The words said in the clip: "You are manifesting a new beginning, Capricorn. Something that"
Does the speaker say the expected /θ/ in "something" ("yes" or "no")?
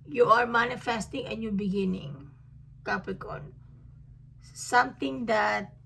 no